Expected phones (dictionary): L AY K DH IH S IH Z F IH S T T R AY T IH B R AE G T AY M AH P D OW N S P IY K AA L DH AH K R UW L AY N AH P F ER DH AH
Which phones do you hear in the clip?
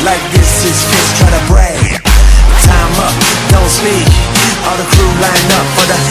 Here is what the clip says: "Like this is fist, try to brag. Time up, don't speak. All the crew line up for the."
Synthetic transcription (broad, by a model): L AY K DH IH S IH Z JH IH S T T R AY T IH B R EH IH T AY M AH P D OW L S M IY AA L DH AH K R UW L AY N AH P F ER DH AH